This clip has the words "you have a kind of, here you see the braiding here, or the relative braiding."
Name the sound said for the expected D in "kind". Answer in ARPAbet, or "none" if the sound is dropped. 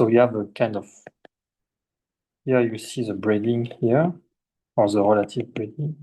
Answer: D